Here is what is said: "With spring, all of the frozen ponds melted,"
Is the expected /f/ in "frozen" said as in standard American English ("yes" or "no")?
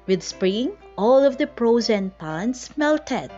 no